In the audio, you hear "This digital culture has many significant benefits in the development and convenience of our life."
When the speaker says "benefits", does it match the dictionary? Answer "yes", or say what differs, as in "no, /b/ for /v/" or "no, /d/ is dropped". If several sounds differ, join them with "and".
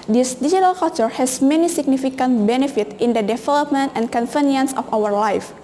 no, /s/ is dropped